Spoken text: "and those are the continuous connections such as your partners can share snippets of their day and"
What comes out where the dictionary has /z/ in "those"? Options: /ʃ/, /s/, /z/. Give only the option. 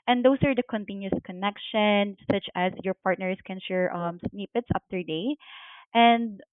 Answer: /s/